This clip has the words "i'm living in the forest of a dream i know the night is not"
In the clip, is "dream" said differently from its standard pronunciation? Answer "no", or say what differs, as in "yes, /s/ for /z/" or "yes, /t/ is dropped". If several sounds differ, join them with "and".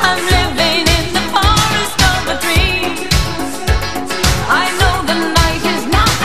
yes, /m/ is dropped